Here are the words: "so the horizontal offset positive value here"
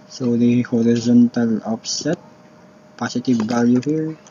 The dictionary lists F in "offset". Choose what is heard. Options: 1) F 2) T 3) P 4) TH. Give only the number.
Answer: 3